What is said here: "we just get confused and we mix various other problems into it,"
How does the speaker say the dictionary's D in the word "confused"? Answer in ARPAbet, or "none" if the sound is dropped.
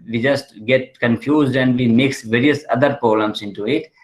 D